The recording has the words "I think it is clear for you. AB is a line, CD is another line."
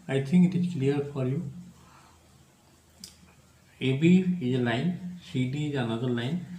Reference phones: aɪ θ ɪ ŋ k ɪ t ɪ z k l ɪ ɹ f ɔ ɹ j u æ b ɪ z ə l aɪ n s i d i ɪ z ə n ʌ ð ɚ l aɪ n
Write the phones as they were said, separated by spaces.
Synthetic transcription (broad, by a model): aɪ t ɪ ŋ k ɪ t ɪ z k l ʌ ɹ f ɔ ɹ j u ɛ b ɪ z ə l aɪ n s i d i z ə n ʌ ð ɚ l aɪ n